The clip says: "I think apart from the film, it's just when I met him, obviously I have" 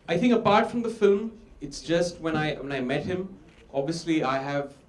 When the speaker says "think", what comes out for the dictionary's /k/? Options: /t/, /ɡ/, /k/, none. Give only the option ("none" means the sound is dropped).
/k/